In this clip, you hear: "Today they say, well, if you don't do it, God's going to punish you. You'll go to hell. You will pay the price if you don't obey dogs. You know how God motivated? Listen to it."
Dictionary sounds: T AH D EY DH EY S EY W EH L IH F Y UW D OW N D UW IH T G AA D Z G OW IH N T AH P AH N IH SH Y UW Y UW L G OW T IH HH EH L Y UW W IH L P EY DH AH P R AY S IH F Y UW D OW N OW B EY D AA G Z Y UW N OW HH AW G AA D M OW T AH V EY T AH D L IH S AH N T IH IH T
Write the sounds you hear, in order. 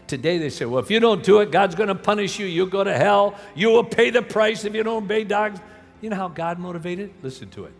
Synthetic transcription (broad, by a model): T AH D EY DH EY S EY W EH L IH F Y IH D OW N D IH IH T G AA D Z G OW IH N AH P AH N IH SH Y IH Y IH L G OW T IH HH EH L Y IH W IH L P EY DH AH P R AY S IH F Y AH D OW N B EY D AA G Z Y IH N OW HH AW G AA D M OW T AH V EY T AH D L IH S N T IH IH T